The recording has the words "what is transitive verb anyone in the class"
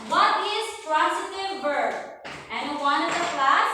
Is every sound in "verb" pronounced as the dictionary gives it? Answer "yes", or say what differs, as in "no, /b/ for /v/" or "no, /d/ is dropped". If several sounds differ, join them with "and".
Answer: no, /b/ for /v/